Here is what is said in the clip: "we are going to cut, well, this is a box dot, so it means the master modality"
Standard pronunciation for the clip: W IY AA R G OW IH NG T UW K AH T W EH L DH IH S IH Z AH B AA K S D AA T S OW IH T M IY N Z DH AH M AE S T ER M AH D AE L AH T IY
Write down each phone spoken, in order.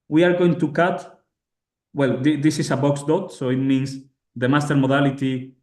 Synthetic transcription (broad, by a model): W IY AA R G OW IH NG T UW K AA T W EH L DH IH S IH S AH B AA K S D AA T S OW IH T M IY N S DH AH M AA S T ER M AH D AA L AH T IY